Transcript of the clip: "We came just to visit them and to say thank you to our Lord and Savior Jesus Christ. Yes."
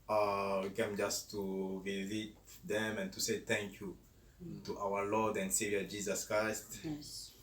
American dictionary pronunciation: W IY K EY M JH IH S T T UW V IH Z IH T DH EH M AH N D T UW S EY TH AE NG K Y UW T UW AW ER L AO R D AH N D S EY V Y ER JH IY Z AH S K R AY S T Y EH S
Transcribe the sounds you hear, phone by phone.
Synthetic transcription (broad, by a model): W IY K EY M JH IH S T T UW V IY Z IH T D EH M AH N T UW S EY T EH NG K Y UW T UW AW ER L AO D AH N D S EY V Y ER JH IY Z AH S K R AY S T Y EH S